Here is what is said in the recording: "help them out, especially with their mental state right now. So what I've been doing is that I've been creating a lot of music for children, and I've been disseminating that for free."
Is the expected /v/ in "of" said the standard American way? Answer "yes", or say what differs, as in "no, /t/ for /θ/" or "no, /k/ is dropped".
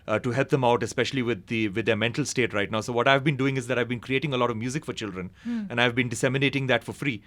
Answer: yes